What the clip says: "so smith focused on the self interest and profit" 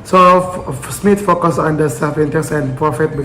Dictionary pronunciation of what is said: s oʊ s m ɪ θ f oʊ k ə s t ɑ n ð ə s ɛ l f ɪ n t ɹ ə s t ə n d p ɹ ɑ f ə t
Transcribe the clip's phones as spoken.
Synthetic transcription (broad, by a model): s oʊ s m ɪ t f oʊ k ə s ɑ n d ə s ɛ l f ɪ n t ə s ə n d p ɹ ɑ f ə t